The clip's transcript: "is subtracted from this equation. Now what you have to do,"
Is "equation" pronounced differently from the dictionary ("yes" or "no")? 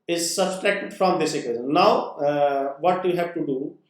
yes